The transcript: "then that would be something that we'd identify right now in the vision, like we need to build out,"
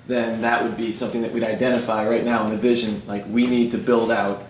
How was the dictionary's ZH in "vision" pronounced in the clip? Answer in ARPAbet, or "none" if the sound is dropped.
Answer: ZH